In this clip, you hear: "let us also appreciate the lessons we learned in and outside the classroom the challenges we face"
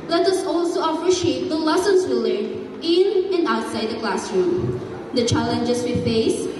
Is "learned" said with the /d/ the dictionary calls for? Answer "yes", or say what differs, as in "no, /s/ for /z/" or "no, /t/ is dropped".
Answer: no, /d/ is dropped